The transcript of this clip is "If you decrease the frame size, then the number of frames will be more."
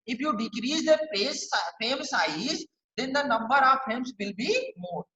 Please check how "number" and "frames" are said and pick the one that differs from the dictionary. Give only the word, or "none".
frames